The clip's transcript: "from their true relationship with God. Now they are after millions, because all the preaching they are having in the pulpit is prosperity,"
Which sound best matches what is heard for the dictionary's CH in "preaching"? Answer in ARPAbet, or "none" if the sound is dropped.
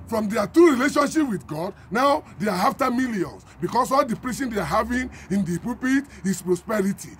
SH